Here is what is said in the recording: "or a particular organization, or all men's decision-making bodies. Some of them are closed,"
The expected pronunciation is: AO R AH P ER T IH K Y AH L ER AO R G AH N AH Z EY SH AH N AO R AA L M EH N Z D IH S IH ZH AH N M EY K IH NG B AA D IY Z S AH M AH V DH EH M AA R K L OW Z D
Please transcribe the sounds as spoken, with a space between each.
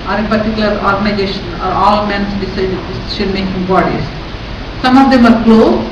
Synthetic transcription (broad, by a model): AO R AH P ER T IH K Y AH L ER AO R G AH N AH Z EY SH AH N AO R AA L M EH N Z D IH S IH S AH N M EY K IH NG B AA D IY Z S AH M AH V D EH M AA R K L OW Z